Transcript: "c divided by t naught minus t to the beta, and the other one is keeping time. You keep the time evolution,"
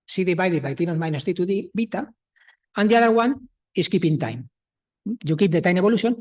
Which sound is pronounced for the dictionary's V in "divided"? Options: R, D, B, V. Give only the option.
B